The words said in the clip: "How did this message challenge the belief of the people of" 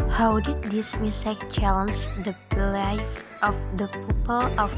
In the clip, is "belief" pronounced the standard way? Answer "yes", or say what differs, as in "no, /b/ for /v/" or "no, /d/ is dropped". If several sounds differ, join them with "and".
no, /l/ is dropped